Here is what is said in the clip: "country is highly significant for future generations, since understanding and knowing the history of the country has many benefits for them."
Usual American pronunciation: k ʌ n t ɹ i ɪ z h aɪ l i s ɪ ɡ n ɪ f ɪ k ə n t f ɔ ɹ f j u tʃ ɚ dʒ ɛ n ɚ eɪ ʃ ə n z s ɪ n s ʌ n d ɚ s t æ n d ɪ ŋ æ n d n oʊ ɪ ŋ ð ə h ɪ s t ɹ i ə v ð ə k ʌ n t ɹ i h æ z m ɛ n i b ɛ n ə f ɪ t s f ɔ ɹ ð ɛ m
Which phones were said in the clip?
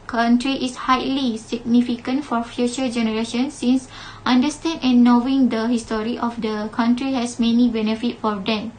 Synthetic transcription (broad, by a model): k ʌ n t ɹ i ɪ s h aɪ l i s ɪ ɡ n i f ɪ k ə n t f ɔ ɹ f j u tʃ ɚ dʒ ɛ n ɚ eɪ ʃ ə n s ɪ n s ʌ n d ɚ s t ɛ n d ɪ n n oʊ ɪ ŋ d ə h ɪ s t ɹ i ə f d ə k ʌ n t ɹ i h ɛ s m ɛ n i b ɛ n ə f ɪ t f ɔ ɹ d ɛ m